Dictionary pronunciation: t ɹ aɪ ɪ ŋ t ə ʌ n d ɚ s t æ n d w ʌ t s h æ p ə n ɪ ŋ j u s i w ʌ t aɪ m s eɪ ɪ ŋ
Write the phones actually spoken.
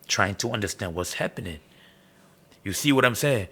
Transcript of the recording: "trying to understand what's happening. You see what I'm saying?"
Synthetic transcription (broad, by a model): t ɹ aɪ ɪ ŋ t ə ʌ n d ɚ s t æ n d w ʌ t s h æ p ə n ɪ ŋ j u s i w ʌ t aɪ m s eɪ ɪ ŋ